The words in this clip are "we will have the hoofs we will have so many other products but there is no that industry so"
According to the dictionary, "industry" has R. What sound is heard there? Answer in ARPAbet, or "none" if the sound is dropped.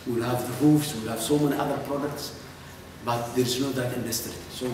none